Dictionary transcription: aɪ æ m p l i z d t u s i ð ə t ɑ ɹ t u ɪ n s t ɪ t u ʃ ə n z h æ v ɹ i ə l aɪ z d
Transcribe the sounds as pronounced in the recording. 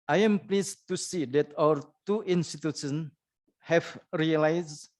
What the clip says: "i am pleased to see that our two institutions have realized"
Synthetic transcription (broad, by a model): aɪ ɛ m p l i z t u s i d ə t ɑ w t u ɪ n s t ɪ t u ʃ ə n h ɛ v ɹ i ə l aɪ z